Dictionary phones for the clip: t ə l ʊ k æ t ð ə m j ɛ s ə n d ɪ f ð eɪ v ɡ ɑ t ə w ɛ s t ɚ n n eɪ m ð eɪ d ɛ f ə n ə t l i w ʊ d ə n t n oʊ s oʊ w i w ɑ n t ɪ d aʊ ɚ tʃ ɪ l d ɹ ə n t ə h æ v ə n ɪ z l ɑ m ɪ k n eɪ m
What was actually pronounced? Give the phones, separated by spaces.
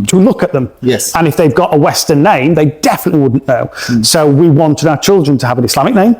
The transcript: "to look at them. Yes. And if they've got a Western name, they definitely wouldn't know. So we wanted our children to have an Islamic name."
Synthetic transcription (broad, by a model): t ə l ʊ k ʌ t ð ə m j ɛ s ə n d ɪ f ð eɪ v ɡ ɑ t ə w ɛ s t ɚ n n eɪ m ð eɪ d ɛ f ə n ə t l i w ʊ d n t n oʊ s oʊ w i w ɑ n t ɪ d aʊ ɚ tʃ ɪ l d ɹ ə n t ə v ə n ɪ s l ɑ m ɪ k n eɪ m